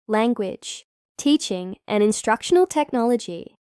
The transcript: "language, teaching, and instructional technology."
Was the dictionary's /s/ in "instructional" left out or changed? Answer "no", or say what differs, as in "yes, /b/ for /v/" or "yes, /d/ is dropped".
no